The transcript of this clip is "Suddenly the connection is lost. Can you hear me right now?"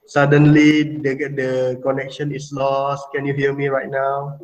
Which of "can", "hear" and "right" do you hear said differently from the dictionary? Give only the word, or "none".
hear